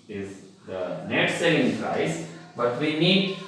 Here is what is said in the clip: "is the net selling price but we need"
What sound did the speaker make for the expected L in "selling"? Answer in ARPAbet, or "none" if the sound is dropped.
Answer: none